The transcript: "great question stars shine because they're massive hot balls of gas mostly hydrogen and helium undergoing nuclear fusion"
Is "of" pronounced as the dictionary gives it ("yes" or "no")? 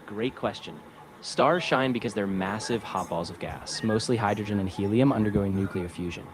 yes